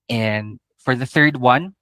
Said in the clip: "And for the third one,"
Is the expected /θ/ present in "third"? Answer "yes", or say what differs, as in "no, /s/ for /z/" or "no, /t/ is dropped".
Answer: yes